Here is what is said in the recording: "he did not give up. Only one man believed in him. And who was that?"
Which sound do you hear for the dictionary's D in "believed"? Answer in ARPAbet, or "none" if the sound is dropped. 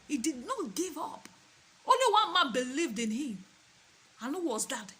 D